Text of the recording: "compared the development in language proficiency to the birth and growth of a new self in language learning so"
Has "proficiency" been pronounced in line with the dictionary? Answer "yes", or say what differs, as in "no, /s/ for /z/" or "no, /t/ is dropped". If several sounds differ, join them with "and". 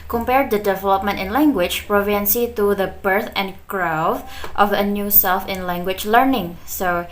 no, /ʃ/ is dropped